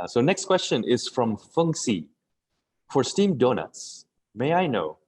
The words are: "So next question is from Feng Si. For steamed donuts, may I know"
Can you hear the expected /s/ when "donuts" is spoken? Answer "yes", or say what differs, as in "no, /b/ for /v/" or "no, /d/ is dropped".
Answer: yes